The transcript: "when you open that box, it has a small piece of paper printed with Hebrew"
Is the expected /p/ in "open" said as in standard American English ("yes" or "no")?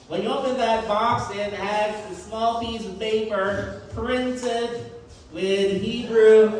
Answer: yes